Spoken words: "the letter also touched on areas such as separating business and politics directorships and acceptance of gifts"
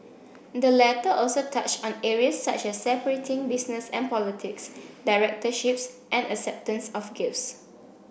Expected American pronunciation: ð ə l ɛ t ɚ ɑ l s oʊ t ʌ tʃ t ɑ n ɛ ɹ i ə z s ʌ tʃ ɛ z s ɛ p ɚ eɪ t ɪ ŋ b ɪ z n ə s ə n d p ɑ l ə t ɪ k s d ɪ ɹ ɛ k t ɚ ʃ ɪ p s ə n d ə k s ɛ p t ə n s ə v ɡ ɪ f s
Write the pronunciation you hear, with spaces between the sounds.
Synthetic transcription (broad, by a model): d ə l ɛ t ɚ ɑ l s oʊ t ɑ tʃ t ɑ n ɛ ɹ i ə s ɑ tʃ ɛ s ɛ p ɚ eɪ t ɪ ŋ b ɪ s n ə s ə n p ɑ l ə t ɪ k s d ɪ ɹ ɛ k t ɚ ʃ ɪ p s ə n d ə k s ɛ p t ə n s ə f ɡ ɪ f s